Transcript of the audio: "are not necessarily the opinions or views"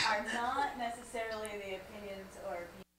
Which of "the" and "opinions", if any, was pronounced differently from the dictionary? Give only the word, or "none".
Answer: none